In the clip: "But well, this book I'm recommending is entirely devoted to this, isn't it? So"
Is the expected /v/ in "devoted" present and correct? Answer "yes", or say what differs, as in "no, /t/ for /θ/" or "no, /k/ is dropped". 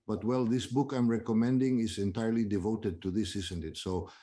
yes